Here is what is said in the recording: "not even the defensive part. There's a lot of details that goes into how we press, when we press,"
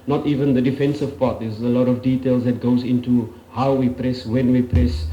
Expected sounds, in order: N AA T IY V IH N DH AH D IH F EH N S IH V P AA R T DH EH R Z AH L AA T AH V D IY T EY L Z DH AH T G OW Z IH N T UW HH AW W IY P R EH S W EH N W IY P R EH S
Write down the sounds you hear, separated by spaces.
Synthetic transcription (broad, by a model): N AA T IY V IH N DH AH D IH F EH N S IH V P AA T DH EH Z AH L AA T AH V D IY T EY L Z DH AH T G OW Z IH N T UW HH AW W IY P R EH S W EH N W IY P R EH S